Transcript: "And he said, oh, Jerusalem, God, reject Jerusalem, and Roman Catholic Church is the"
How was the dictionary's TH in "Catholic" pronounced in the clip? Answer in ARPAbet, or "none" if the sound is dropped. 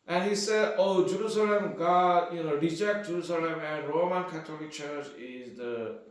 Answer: T